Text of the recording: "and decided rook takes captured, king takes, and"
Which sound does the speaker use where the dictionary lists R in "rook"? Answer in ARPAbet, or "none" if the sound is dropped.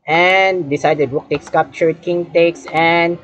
W